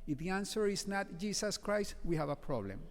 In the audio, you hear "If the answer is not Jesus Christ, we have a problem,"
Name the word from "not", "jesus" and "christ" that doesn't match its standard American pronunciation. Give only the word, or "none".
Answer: jesus